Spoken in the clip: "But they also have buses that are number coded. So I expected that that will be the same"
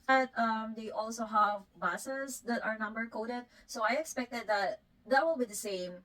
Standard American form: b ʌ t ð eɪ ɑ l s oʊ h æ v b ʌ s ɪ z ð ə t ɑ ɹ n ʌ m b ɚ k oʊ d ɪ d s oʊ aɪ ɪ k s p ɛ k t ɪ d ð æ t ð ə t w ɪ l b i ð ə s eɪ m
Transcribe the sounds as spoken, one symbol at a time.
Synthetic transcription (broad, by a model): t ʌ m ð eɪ ɑ l s oʊ h æ v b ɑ s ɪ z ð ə t ɑ ɹ n ʌ m b ɚ k oʊ d ɪ d s oʊ aɪ ɪ k s p ɛ k t ɪ d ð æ t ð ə t w ɪ l b i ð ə s eɪ m